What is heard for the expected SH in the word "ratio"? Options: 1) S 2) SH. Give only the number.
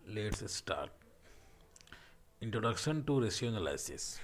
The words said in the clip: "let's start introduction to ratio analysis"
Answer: 1